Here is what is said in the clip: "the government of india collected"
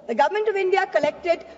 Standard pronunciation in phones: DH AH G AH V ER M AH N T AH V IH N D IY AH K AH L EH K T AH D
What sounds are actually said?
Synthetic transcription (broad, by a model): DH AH G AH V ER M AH N T AH V IH N D IY AH K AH L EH K T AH D